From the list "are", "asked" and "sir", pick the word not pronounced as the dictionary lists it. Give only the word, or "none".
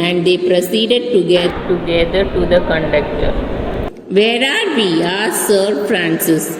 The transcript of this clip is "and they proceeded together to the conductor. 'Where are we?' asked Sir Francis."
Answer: asked